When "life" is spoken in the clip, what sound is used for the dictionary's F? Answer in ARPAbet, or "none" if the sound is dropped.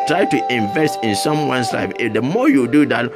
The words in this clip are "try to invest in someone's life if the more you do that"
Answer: none